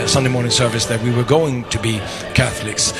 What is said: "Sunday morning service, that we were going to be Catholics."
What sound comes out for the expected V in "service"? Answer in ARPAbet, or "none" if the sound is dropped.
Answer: V